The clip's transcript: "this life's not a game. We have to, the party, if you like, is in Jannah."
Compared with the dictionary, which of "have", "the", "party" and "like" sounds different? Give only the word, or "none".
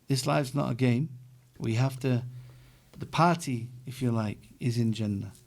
have